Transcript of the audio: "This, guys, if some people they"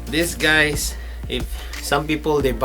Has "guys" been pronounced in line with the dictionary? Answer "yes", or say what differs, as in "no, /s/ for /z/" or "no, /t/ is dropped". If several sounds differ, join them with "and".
no, /s/ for /z/